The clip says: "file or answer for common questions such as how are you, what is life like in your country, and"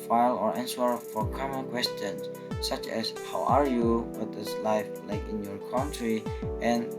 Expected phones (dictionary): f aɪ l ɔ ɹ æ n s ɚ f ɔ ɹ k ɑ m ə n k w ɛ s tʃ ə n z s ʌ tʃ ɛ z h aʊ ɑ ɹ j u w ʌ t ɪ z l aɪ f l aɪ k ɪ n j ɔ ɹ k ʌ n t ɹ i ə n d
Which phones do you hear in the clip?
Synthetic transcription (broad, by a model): f aɪ l ɔ ɹ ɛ n s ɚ f ɔ ɹ k ɑ m ə n k w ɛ s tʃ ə n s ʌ tʃ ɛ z h aʊ ɑ ɹ j u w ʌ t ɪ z l aɪ f l aɪ k ɪ n j ɔ ɹ k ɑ n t ɹ i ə n